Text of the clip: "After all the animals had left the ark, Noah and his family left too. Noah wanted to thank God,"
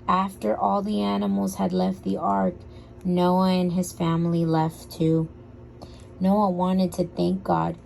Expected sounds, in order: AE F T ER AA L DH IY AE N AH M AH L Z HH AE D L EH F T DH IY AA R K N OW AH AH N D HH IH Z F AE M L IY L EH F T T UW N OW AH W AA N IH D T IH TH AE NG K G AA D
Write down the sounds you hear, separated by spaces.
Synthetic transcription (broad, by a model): AE F T ER AA L DH IY AE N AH M L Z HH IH D L EH F T DH IY AA R K N OW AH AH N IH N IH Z F AE M L IY L EH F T T UW N OW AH W AA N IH D T IH TH AE NG K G AA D